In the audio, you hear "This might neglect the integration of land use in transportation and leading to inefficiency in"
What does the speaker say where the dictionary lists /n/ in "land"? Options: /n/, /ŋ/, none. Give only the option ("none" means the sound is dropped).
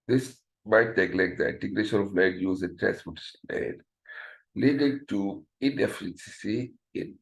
none